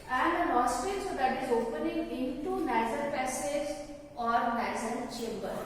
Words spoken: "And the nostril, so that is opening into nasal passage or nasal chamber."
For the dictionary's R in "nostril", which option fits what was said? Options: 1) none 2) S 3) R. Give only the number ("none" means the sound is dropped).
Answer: 1